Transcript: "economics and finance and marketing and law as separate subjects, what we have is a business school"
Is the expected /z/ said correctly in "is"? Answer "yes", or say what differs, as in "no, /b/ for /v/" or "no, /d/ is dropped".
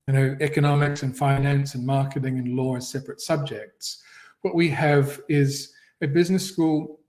yes